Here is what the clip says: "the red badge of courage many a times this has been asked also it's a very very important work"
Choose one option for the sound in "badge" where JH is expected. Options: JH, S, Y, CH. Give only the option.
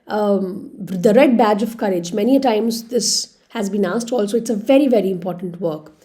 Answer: JH